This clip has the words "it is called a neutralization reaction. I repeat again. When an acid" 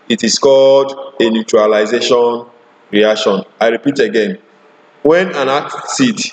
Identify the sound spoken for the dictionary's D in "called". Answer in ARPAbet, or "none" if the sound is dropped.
D